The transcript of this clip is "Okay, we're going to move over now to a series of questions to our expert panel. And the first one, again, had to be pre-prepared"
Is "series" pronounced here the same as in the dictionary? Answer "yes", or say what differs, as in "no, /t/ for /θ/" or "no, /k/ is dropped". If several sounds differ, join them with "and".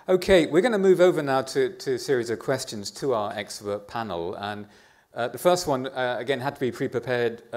yes